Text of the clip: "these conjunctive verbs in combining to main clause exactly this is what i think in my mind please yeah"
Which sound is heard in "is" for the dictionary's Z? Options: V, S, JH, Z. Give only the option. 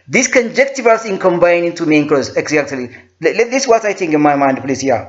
S